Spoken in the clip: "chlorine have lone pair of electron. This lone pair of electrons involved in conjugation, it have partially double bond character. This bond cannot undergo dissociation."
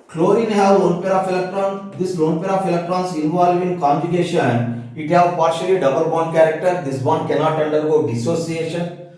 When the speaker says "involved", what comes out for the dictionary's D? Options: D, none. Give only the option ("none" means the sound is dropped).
none